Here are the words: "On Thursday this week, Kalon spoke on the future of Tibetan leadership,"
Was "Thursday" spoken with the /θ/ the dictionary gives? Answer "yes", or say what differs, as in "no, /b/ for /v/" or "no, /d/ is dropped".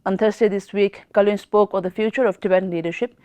no, /t/ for /θ/